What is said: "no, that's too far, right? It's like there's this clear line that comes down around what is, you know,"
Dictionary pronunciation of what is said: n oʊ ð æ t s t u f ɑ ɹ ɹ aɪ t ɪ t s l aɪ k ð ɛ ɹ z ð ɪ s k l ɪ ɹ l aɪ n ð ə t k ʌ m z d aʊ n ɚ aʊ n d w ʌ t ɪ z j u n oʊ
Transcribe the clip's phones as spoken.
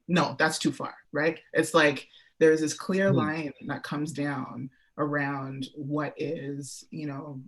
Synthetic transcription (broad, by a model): n oʊ ð æ t s t u f ɑ ɹ ɹ aɪ t ɪ t s l aɪ k ð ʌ ɹ z ð ɪ s k l ɪ ɹ l aɪ n ð ə t k ʌ m z d aʊ n ɚ aʊ n d w ʌ t ɪ z j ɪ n oʊ